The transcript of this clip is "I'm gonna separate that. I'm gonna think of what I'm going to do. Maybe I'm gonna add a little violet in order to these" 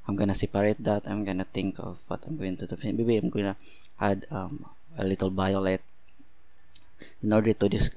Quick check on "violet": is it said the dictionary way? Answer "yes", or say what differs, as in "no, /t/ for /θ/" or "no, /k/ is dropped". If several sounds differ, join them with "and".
no, /b/ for /v/